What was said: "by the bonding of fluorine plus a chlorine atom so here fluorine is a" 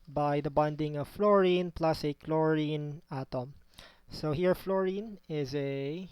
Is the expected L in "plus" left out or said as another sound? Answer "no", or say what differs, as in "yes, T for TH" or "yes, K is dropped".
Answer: no